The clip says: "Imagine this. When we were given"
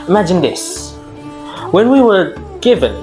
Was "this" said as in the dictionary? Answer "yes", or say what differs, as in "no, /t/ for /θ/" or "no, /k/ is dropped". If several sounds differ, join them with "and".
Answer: yes